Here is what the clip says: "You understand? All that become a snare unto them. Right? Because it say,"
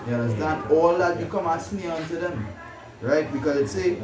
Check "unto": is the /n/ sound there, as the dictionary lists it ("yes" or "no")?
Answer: yes